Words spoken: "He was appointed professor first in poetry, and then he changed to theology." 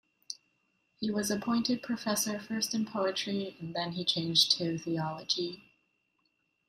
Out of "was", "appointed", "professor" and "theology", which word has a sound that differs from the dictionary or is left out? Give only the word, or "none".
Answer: none